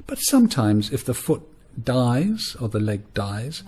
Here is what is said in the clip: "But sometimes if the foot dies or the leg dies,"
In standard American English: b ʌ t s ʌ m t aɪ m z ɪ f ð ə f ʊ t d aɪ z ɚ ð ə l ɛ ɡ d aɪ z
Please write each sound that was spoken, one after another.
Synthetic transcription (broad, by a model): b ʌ t s ʌ m t aɪ m z ɪ f ð ə f ʊ t d aɪ z ɚ ð ə l ɛ ɡ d aɪ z